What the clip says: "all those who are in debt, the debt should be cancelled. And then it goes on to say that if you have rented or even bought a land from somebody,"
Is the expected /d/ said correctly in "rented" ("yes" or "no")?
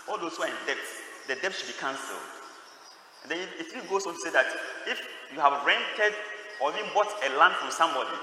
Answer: yes